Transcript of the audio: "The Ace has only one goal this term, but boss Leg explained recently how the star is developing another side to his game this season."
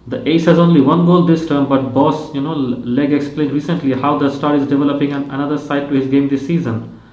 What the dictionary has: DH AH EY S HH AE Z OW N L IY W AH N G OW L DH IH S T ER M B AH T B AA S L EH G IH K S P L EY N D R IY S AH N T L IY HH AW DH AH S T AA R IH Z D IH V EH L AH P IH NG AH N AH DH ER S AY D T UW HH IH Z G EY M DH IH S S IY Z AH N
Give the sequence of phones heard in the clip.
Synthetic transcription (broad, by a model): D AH EY S HH AE Z OW N L IY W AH N G OW L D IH S T ER M B AH T B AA S L EH G IH K S P L EY N D R IY S AH N T L IY HH AW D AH S T AA R IH Z D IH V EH L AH P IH NG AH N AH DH ER S AY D T UW HH IH Z G EY M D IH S S IY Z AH N